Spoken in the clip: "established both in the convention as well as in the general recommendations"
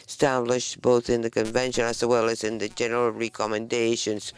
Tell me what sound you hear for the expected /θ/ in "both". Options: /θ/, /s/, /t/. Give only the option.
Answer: /θ/